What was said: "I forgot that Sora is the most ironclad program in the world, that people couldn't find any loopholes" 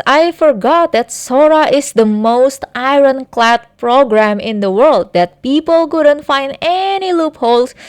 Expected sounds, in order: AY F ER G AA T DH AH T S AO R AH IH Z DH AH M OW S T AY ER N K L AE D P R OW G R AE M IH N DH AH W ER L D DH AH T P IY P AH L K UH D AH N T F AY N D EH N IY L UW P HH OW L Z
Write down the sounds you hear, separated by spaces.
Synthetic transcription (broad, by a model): AY F ER G AA T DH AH T S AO R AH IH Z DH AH M OW S T AY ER N K L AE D P R OW G R AE M IH N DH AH W ER L D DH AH T P IY P AH L K UH D AH N T F AY N D EH N IY L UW P HH OW L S